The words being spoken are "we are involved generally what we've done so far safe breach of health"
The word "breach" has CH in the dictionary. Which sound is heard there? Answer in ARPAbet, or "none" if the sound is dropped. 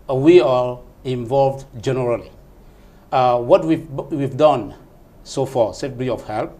none